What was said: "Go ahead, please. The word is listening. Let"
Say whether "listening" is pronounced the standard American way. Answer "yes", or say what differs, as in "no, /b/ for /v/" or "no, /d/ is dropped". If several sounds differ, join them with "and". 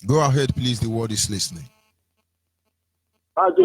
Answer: yes